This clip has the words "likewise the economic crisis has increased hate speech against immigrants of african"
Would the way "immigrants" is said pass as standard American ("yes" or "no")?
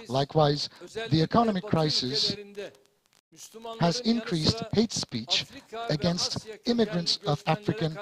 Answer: yes